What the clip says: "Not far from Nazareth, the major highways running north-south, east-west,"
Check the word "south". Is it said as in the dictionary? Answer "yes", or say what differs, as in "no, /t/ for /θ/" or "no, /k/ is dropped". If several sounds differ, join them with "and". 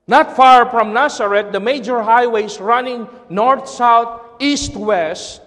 no, /t/ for /θ/